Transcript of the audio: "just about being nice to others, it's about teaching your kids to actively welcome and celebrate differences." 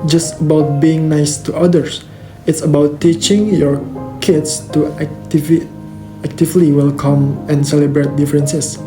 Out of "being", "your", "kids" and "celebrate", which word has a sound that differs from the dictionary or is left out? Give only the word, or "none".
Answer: kids